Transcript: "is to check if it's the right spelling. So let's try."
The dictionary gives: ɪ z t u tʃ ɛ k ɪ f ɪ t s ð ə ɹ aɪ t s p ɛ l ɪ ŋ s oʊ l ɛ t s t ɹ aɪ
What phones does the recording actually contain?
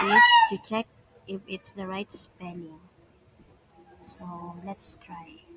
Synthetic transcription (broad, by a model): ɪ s t u tʃ ɛ k ɪ f ɪ t s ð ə ɹ aɪ t s p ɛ n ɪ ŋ s oʊ l ɛ t s t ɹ aɪ